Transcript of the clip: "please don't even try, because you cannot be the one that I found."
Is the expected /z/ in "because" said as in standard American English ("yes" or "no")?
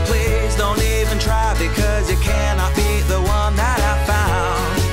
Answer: yes